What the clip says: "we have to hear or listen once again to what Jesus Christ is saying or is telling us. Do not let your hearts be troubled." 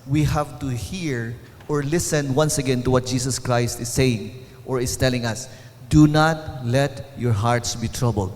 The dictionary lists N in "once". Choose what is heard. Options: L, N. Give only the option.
N